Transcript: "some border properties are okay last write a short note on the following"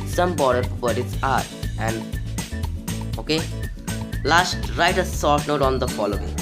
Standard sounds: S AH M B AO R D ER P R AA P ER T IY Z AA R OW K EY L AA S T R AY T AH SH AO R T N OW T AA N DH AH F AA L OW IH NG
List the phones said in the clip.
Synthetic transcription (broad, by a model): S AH M B AO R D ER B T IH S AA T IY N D OW K EY L AA S T R AY T AH S AO R T N OW T AA N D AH F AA L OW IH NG